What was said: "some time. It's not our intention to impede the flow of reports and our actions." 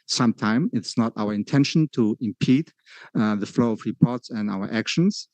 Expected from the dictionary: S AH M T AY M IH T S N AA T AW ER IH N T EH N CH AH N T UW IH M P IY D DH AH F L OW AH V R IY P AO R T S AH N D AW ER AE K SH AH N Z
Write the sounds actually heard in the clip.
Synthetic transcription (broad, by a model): S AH M T AY M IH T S N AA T AW ER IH N T EH N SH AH N T UW IH M P IY D DH AH F L OW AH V R IY P AO R T S AH N D AW ER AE K SH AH N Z